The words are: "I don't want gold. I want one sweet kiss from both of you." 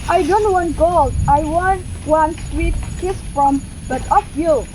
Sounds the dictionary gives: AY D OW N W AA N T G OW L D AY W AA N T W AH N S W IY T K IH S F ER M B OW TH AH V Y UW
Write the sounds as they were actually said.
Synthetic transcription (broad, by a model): AY D OW N W AA N T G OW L AY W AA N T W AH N S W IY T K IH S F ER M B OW T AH F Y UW